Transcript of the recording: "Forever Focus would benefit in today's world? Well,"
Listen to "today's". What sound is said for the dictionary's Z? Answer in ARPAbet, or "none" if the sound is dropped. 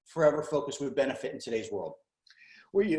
Z